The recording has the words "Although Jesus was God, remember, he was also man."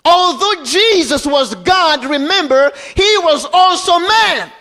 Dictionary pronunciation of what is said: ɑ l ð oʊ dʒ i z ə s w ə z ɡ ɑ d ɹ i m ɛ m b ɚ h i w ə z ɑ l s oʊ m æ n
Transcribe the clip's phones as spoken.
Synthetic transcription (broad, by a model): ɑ l ð oʊ dʒ i z ə s w ə z ɡ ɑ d ɹ i m ɛ m b ɚ h i w ə z ɑ l s oʊ m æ n